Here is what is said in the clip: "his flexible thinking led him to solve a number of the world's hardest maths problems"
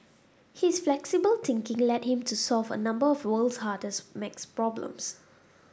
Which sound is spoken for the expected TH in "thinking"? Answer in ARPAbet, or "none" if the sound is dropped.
T